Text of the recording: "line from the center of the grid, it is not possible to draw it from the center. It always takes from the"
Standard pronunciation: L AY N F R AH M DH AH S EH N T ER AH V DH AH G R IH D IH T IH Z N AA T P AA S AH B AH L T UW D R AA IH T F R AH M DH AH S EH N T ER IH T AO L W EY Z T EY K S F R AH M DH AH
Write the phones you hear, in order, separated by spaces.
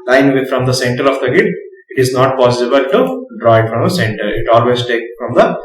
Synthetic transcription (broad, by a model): L AY N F R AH M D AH S EH N T ER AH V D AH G IH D IH T IH Z N AA T P AA S AH B AH L T UW D R AA IH T F R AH M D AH S EH N T ER IH T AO L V EY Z T EY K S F R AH M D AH